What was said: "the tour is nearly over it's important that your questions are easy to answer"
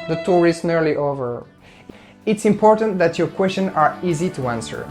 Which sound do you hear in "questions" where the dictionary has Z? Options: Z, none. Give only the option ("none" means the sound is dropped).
none